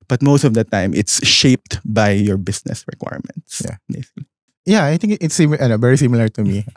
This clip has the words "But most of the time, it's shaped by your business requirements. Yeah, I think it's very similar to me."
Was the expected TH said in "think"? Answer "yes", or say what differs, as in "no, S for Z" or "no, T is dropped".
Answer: no, T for TH